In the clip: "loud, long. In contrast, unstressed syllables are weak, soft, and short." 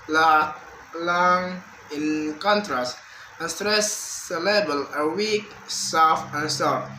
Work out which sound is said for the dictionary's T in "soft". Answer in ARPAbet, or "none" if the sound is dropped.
none